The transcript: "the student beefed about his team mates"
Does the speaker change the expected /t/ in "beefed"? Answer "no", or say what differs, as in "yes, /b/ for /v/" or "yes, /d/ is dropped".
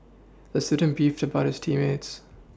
no